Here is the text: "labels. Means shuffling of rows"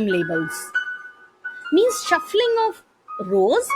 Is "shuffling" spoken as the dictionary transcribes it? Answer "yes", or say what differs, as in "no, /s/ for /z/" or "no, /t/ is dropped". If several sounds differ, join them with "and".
yes